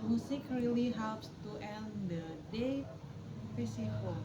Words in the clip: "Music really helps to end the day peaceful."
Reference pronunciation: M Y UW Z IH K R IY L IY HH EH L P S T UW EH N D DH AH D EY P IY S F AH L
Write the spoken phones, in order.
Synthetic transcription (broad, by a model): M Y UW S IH K R IY L IY HH EH L P S T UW EH N D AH D EY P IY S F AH